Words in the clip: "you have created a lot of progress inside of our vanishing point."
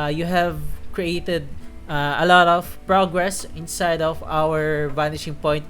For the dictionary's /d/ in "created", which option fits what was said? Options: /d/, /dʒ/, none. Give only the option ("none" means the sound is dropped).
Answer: /d/